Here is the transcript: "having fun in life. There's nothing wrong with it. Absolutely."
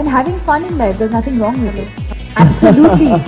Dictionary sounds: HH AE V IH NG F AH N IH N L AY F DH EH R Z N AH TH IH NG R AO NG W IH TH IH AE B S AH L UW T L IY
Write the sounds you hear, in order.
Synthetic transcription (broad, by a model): HH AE V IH NG F AH N IH N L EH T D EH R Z N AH T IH NG R AO NG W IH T IH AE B S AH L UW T L IY